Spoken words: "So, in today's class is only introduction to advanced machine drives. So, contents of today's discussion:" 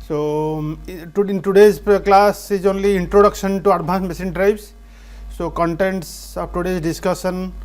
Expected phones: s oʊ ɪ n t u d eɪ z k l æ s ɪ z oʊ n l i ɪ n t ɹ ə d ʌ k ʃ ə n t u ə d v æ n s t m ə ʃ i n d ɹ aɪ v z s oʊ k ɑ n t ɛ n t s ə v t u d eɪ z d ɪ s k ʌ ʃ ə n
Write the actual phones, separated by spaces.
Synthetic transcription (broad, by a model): s oʊ ɪ n t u d eɪ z k l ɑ s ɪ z oʊ n l i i n t ɹ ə d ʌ k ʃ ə n t u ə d b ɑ n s m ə s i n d ɹ aɪ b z s oʊ k ɑ n t ɛ n t s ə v t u d eɪ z d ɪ s k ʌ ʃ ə n